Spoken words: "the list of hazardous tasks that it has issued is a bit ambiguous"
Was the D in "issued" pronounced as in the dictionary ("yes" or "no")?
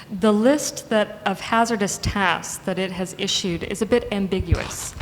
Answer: yes